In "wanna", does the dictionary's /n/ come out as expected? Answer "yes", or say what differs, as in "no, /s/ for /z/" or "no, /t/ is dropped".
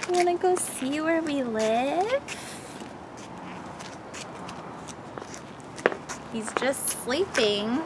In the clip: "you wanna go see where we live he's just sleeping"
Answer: no, /n/ is dropped